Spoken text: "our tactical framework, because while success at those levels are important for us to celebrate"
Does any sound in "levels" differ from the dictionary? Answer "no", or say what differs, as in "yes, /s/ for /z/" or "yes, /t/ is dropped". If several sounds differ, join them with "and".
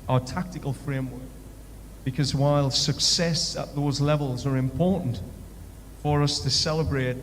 no